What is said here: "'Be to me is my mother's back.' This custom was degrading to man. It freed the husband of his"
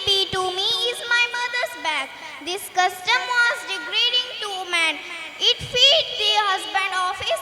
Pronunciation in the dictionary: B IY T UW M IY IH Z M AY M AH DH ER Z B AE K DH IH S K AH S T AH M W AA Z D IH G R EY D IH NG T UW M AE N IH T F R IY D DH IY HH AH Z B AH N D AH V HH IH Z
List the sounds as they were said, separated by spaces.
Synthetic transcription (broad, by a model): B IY T UW M IY IH Z M AY M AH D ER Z B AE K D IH S K AH S T AH M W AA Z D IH G R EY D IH NG T UW M AE N IH T F IY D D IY HH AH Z B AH N D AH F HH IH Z